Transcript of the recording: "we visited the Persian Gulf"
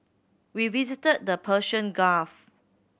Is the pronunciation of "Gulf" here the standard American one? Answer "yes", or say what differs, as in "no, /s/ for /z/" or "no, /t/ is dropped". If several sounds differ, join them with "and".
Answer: no, /l/ is dropped